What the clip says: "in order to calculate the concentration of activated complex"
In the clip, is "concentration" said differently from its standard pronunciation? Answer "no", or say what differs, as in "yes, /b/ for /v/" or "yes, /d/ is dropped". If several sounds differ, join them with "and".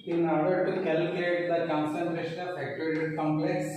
no